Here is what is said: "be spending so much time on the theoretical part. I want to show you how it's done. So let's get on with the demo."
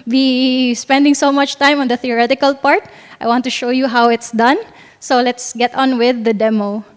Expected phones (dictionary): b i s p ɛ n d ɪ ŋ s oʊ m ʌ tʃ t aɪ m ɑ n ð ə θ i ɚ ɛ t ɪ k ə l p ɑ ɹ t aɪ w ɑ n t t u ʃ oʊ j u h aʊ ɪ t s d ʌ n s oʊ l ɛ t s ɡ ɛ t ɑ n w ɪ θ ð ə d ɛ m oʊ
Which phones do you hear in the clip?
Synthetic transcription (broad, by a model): b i s p ɛ n d ɪ ŋ s oʊ m ʌ tʃ t aɪ m ɑ n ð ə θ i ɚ ɛ t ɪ k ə l p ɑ ɹ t aɪ w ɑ n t t u ʃ oʊ j u h aʊ ɪ t s d ʌ n s oʊ l ɛ t s ɡ ɛ t ɑ n w ɪ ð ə d ɛ m oʊ